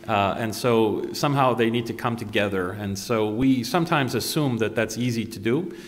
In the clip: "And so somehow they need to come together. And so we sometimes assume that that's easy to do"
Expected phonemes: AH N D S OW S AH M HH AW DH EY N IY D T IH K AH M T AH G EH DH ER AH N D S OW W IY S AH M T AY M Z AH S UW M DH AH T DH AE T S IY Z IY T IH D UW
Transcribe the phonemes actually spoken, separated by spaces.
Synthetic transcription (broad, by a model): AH N S OW S AH M HH AW DH EY N IY D T IH K AH M T AH G EH DH ER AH N S OW W IY S AH M T AY M Z AH S UW M DH AH T DH AE T S IY Z IY T IH D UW